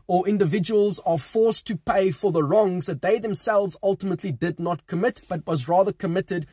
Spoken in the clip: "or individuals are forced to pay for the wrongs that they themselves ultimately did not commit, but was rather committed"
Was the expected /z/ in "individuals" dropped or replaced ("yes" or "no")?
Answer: no